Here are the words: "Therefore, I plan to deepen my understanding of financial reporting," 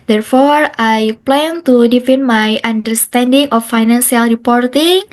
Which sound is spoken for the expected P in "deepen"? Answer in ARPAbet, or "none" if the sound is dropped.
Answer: F